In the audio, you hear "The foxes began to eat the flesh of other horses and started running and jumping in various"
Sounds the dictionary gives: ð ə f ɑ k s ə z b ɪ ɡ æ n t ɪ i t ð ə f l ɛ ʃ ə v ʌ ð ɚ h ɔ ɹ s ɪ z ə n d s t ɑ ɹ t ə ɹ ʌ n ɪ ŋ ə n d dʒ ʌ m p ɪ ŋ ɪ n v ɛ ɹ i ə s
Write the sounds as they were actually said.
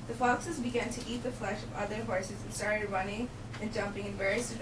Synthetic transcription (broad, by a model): ð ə f ɑ k s ə z b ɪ ɡ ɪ n t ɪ i t ð ə f l ɛ ʃ ə v ʌ ð ɚ h ɔ ɹ s ɪ z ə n s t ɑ ɹ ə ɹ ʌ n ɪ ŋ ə n dʒ ʌ m p ɪ ŋ ɪ n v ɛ ɹ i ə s